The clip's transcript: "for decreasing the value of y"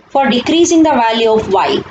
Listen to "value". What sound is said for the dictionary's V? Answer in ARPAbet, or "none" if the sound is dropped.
V